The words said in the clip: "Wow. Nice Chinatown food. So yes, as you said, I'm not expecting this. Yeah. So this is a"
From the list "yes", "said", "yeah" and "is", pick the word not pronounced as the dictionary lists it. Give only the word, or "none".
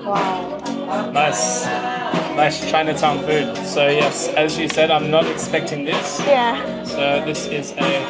none